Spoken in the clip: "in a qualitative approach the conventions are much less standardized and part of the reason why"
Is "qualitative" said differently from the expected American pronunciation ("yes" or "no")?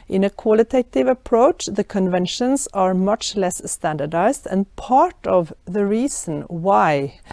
no